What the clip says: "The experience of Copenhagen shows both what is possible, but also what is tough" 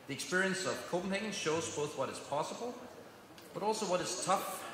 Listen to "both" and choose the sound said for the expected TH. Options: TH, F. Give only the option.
TH